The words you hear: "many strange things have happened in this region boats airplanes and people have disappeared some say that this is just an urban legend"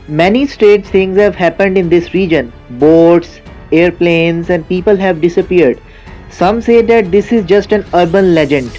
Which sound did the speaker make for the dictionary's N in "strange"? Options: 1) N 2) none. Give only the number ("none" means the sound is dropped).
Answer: 2